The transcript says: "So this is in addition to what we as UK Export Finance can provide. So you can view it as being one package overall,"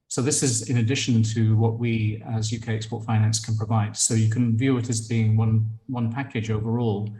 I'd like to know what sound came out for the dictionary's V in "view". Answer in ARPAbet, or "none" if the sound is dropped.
V